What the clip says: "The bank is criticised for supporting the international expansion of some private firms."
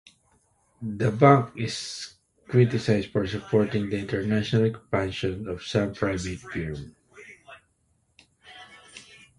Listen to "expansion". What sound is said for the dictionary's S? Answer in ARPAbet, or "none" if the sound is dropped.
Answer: none